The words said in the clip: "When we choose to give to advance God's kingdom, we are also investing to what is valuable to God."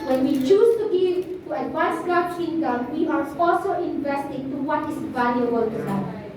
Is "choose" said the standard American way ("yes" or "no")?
no